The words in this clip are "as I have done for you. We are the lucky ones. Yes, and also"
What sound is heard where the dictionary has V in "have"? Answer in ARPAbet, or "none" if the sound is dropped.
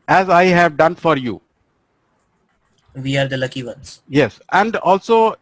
V